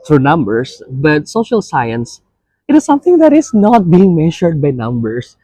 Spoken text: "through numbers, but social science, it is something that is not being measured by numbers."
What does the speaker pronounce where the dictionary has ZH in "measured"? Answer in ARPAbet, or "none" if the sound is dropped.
SH